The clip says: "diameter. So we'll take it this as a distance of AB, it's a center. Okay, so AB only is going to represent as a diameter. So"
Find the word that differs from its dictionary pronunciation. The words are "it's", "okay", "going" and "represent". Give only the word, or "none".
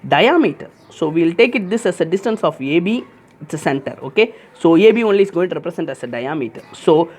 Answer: represent